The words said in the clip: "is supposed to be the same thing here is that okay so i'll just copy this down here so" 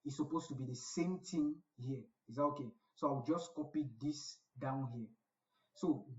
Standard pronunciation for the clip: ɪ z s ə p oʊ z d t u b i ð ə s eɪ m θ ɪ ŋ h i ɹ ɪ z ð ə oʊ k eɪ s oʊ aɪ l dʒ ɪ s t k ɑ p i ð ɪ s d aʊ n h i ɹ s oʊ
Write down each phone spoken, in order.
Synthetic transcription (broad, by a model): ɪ s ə p oʊ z t u b i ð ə s eɪ m t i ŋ h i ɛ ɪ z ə oʊ k eɪ s oʊ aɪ w dʒ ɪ s k ɑ p i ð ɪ s d aʊ n h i s oʊ